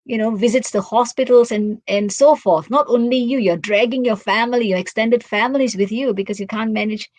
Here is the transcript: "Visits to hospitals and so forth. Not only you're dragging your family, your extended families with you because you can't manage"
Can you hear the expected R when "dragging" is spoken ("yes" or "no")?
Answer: yes